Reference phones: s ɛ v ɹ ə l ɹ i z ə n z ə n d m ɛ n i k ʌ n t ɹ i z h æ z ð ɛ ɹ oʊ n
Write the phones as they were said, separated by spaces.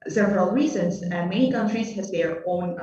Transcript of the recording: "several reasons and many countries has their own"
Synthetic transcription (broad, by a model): s ɛ v ɹ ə l ɹ i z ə n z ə n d m ɛ n i k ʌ n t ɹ i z h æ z ð ɛ ɹ oʊ n